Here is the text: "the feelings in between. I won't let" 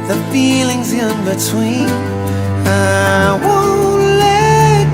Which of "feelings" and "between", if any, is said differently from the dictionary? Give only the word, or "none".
none